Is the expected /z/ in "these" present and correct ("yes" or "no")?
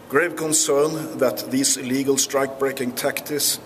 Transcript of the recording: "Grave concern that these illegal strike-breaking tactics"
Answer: no